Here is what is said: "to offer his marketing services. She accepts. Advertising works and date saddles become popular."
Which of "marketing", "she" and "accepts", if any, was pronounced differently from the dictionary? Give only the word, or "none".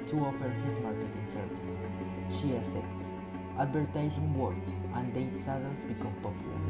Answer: accepts